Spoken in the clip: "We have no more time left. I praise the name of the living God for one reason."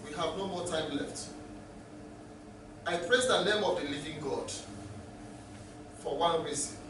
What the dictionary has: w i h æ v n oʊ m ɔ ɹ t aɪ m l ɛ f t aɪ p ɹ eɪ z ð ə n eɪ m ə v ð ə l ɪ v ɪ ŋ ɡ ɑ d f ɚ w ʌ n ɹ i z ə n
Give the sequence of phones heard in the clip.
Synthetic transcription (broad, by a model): w i h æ v n oʊ m ɔ t aɪ m l ɛ f t aɪ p ɹ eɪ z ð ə n eɪ m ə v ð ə l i v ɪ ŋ ɡ ɑ d f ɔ w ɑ n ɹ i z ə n